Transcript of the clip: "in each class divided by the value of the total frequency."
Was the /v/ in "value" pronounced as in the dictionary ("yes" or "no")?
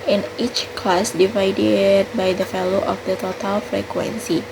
no